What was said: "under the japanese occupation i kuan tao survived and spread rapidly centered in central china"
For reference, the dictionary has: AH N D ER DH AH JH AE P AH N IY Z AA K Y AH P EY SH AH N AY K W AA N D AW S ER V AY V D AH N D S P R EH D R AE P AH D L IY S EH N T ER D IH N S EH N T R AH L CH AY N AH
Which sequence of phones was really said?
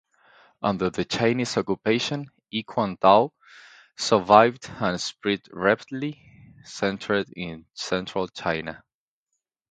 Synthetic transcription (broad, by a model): AH N D ER DH AH CH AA AH N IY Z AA K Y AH P EY SH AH N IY K W AA N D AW S ER V AY V D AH N S P R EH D R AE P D L IY S EH N T ER D IH N S EH N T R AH L CH AY N AH